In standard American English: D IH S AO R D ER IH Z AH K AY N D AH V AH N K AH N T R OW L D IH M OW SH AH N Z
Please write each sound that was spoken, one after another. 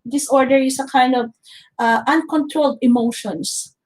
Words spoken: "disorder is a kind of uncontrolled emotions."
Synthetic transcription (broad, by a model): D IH S AO R D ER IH S AH K AY N D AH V AH N K AH N T R OW L D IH M OW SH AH N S